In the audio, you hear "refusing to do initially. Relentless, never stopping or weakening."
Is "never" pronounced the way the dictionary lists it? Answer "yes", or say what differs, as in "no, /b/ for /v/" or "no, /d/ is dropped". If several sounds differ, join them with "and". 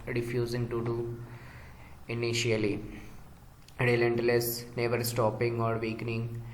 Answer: yes